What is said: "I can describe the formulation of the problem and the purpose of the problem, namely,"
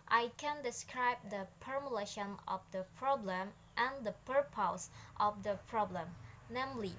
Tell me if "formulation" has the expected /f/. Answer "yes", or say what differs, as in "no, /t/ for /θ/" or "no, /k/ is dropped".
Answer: no, /p/ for /f/